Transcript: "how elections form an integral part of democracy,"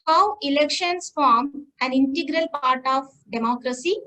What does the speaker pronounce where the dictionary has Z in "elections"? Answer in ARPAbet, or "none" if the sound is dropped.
S